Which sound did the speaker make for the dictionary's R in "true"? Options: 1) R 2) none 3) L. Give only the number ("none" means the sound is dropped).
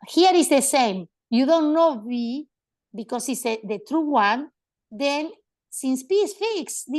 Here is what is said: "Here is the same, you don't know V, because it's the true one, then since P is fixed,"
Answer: 1